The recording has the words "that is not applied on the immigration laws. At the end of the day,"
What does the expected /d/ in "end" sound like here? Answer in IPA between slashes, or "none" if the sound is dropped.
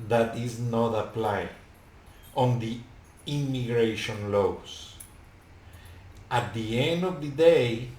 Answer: /d/